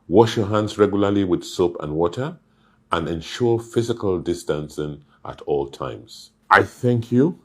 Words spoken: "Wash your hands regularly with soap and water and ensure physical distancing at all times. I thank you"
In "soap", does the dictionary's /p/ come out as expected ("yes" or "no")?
yes